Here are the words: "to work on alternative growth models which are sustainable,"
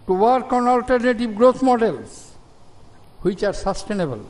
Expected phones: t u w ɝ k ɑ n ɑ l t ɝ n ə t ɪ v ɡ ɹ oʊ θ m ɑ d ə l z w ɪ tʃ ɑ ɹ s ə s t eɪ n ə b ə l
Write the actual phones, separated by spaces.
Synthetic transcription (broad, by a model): t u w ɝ k ɑ n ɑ l t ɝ n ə t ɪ b ɡ ɹ oʊ t m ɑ d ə l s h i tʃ ɑ ɹ s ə s t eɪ n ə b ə l